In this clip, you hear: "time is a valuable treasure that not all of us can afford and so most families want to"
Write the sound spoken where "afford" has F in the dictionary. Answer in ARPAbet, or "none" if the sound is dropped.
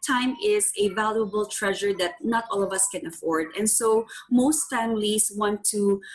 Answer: F